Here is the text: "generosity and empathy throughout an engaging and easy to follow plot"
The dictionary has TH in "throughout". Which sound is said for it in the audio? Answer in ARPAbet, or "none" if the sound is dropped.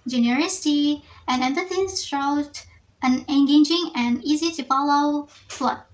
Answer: S